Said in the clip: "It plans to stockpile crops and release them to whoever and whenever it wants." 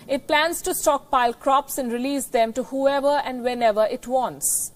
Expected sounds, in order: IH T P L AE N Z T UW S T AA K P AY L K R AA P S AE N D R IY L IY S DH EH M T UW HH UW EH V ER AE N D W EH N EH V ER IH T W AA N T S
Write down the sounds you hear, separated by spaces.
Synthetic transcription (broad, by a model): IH T P L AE N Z T UW S T AA K P AY L K R AA P S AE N D R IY L IY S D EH M T UW HH UW EH V ER AE N D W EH N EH V ER IH T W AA N T S